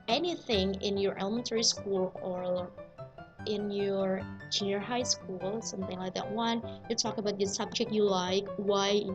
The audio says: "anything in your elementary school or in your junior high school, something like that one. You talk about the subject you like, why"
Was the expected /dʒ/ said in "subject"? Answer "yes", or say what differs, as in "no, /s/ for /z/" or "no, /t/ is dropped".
yes